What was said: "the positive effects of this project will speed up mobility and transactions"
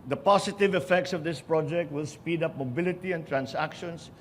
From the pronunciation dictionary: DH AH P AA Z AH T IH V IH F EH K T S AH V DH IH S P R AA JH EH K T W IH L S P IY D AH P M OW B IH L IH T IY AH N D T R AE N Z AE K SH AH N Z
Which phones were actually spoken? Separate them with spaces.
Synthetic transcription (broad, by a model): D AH P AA S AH T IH V IH F EH K T S AH V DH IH S P R AA JH EH K T W IH L S P IY D AH P M OW B IH L IH T IY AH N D T R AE N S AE K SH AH N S